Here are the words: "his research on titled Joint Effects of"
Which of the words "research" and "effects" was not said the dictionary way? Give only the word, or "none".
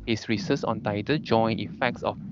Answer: research